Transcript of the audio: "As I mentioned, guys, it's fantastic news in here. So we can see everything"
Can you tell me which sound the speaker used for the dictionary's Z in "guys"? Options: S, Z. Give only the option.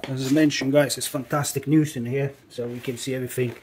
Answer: S